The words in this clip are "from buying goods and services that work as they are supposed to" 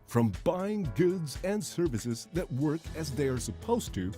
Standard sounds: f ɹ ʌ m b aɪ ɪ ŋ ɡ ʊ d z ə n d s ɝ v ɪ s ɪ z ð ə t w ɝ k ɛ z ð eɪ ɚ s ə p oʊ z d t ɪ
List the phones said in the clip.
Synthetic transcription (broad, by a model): f ɹ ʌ m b aɪ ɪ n ɡ ʊ d z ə n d s ɝ v ɪ s ɪ z ð ə t w ɝ k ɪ z ð eɪ ɚ s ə p oʊ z t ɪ